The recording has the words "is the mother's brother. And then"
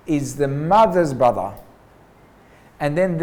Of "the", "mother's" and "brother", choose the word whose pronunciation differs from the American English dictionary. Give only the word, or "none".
none